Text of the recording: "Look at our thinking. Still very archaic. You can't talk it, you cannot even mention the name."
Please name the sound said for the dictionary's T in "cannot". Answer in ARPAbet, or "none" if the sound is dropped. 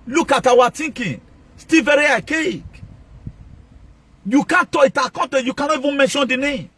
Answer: none